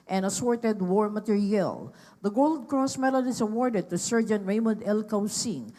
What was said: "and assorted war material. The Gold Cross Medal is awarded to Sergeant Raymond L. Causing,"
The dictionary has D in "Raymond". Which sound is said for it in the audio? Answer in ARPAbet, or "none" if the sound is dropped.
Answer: D